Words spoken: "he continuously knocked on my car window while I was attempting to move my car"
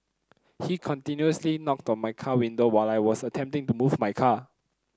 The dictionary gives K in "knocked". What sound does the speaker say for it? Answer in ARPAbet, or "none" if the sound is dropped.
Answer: K